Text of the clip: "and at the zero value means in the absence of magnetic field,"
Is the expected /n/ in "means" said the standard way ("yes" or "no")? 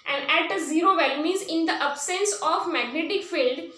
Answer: no